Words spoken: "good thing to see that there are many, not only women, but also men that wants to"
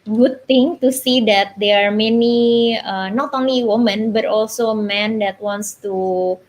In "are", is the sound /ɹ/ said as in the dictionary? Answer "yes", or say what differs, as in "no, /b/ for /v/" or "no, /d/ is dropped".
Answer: yes